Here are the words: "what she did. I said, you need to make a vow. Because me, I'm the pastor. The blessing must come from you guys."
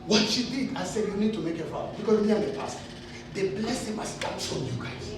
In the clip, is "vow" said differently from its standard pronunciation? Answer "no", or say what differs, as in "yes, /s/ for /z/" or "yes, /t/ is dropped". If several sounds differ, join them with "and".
yes, /f/ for /v/